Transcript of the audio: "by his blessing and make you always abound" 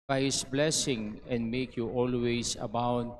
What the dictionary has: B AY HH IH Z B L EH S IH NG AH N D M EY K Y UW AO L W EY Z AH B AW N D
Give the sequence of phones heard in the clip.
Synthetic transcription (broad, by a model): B AY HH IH S B L EH S IH NG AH N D M EY K Y UW AO L W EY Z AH B AW N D